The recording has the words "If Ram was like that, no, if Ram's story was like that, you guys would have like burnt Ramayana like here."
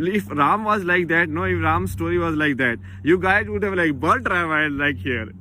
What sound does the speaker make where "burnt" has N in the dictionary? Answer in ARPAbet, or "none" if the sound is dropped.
L